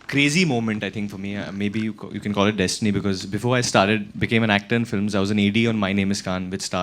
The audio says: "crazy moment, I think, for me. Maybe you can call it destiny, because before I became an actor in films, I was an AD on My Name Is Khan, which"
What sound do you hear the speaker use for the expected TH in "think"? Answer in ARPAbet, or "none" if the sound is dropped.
T